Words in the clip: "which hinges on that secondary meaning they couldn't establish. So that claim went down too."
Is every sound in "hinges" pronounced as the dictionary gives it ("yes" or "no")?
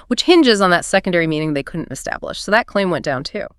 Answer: yes